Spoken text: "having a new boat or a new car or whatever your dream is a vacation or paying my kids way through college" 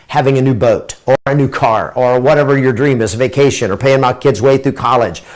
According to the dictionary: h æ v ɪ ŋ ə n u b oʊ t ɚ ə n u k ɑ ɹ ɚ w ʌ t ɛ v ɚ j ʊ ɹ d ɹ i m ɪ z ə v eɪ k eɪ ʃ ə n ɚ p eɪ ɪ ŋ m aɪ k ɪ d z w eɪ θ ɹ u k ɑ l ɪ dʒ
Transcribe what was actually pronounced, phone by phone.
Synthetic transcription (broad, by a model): h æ v ɪ ŋ ə n u b oʊ t ɚ ə n u k ɑ ɹ ɚ w ʌ t ɛ v ɚ j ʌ ɹ d ɹ i m ɪ z v eɪ k eɪ ʃ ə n ɚ p eɪ ɪ ŋ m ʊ k ɪ d z w eɪ θ ɹ u k ɑ l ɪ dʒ